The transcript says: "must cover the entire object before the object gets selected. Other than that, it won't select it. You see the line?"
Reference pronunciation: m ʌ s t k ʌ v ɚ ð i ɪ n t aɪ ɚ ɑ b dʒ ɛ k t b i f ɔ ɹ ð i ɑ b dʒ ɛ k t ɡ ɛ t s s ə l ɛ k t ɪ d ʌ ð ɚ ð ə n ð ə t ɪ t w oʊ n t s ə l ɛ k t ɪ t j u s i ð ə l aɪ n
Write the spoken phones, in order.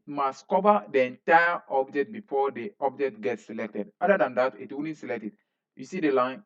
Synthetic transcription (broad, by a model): m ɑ s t k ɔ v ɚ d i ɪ n t aɪ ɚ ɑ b dʒ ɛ k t b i f ɔ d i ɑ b dʒ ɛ k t ɡ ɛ t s s ə l ɛ k t ɪ d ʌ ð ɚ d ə n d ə t ɪ t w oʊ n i s ə l ɛ k t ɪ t j u s i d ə l aɪ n